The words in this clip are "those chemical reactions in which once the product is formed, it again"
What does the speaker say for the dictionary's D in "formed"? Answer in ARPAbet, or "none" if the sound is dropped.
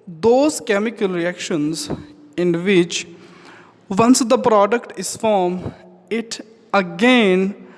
none